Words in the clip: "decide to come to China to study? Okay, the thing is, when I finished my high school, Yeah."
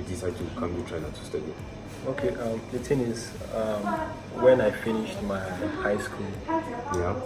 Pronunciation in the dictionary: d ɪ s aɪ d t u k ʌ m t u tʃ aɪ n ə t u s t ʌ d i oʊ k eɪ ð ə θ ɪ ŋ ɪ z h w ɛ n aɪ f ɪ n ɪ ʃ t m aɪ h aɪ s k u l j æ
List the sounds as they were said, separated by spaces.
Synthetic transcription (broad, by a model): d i s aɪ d t u k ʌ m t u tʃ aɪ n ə t u s t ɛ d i oʊ k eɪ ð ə t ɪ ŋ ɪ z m w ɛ n aɪ f ɪ n ɪ ʃ t m aɪ h aɪ s k u l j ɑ